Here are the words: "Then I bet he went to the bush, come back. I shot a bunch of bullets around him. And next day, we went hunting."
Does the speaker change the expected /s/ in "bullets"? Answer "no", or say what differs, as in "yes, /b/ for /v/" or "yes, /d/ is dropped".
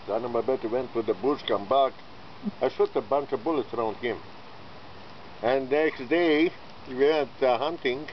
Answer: no